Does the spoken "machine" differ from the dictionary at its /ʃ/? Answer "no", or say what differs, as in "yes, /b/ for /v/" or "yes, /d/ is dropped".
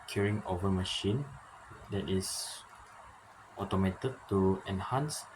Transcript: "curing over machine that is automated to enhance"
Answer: no